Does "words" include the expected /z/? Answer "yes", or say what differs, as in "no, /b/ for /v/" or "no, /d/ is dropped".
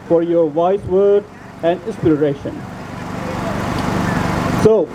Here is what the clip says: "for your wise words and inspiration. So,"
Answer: no, /z/ is dropped